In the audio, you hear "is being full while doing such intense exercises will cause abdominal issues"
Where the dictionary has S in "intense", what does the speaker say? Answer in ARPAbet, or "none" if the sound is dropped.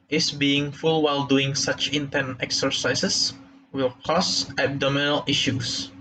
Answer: none